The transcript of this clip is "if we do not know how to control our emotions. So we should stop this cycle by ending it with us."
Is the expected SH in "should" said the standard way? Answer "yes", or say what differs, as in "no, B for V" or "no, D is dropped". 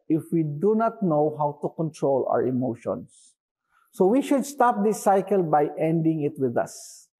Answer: yes